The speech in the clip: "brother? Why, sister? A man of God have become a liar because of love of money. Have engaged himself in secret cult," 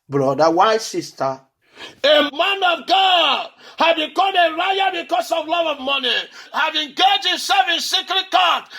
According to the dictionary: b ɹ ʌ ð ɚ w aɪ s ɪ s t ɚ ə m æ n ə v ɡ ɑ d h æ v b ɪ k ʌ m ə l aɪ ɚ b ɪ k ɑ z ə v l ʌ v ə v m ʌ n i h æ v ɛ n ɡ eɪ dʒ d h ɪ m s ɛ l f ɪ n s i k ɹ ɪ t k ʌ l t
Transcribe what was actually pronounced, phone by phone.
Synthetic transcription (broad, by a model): b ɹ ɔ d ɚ w aɪ s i s t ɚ ə m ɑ n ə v ɡ ɑ d h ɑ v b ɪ k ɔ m ə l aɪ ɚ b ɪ k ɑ s ə v l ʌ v ə v m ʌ n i h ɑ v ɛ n ɡ eɪ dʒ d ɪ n s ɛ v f ɪ n s i k ɹ ɪ t k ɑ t